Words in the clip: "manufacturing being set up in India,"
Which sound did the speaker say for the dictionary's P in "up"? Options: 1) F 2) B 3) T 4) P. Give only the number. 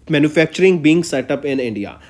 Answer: 4